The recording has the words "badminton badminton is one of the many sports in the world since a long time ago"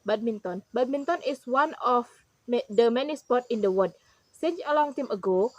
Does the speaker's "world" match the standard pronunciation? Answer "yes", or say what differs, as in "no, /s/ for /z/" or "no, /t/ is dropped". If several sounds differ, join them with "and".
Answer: no, /l/ is dropped